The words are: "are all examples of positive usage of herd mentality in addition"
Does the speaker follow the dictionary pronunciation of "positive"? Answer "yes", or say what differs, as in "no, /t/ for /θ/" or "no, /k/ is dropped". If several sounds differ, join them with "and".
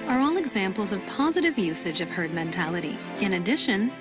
yes